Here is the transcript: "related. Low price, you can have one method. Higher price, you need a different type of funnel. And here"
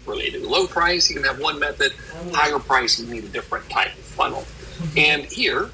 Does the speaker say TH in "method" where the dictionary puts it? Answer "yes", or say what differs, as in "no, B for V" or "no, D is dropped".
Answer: yes